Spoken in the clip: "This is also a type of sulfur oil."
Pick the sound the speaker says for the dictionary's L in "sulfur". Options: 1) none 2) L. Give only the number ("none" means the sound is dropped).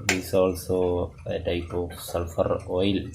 2